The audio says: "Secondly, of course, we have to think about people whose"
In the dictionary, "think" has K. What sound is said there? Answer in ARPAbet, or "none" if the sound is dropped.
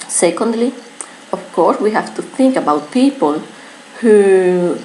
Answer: K